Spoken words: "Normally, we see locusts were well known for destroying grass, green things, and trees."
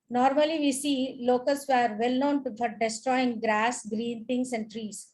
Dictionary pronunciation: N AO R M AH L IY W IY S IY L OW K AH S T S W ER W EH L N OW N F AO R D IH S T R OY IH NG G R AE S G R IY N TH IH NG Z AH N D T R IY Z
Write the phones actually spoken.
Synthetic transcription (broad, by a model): N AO R M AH L IY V IY S IY L OW K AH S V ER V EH L N OW N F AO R D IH S T R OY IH NG G R AE S G R IY N T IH NG S AH N D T R IY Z